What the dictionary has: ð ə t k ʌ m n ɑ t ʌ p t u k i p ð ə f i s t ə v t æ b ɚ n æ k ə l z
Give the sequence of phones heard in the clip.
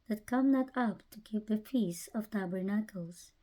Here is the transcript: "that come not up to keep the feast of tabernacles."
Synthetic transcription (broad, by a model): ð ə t k ʌ m n ɑ t ʌ p t u k i p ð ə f i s ə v t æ b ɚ n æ k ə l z